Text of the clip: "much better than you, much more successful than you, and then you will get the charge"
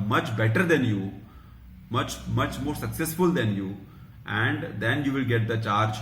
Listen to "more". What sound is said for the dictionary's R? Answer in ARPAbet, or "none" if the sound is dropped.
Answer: R